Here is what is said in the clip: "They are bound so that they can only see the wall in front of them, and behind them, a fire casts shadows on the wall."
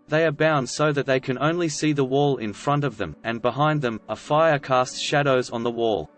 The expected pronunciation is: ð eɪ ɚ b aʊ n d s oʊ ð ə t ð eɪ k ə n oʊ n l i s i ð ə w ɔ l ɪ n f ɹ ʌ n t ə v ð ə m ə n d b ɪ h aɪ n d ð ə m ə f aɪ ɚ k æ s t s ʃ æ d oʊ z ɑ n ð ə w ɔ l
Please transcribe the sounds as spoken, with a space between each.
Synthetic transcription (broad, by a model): ð eɪ ɚ b aʊ n d s oʊ ð ə t ð eɪ k ə n oʊ n l i s i ð ə w ɔ l ɪ n f ɹ ʌ n t ə v ð ə m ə n b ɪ h aɪ n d ð ə m ə f aɪ ɚ k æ s t ʃ æ d oʊ z n ð ə w ɔ l